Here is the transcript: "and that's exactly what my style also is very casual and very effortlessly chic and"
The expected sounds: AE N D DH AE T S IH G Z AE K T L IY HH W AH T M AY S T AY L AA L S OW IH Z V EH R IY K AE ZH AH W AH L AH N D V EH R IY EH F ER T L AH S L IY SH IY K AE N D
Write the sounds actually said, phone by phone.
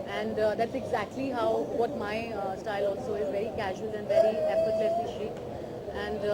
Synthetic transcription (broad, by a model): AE N D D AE T S IH G Z AE K T L IY HH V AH T M AY S T AY L AA L S OW IH Z V EH R IY K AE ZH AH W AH L AH N D V EH R IY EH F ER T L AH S IY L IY AE N D